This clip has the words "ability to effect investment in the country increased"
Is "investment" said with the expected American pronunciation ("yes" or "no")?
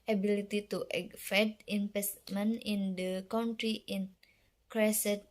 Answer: no